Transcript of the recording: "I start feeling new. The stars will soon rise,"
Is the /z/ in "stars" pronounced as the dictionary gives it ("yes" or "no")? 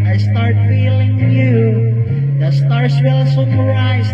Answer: no